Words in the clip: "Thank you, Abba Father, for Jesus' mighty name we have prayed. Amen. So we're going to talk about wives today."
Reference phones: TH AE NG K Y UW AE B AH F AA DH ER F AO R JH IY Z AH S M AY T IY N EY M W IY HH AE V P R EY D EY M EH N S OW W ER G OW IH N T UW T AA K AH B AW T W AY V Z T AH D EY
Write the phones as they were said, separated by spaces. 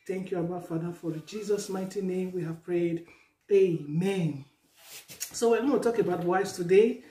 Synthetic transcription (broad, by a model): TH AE NG K Y UW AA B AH F AA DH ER F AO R JH IY Z AH S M AY T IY N EY M W IY HH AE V P R EY D EY M EH N S OW W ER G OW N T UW T AA K AH B AW T W AY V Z T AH D EY